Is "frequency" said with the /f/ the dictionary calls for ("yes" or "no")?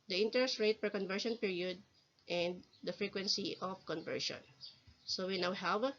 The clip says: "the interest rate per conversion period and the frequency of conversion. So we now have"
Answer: yes